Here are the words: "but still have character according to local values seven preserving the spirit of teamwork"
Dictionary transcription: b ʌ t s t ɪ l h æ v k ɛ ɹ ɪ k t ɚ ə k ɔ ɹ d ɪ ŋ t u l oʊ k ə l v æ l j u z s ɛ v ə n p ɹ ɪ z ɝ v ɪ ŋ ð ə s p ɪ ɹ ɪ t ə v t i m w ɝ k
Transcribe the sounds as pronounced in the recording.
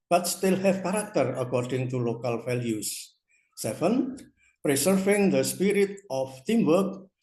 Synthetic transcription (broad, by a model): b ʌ t s t ɪ l h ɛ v k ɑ ɹ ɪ k t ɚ ə k ɔ ɹ d ɪ ŋ t u l oʊ k ə l f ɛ l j u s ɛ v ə n p ɹ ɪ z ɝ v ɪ ŋ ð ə s p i ɹ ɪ t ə f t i m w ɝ k